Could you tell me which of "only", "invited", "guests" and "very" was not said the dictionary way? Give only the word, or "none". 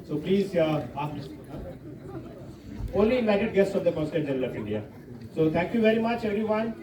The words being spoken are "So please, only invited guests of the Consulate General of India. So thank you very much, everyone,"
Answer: invited